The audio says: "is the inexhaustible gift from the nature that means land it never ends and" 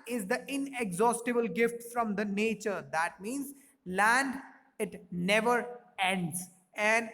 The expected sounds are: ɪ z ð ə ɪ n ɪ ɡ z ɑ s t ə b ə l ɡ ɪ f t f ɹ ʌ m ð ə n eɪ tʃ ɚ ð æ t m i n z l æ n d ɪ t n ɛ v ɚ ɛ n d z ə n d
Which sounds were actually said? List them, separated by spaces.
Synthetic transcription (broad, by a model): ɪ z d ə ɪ n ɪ ɡ z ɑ s t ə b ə l ɡ ɪ f t f ɹ ʌ m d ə n eɪ tʃ ɚ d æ t m i n z l æ n d ɪ t n ɛ v ɚ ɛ n d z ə n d